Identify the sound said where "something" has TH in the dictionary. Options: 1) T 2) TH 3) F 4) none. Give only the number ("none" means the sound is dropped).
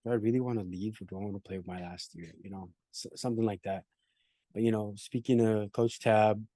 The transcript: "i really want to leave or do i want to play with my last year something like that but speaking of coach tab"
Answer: 2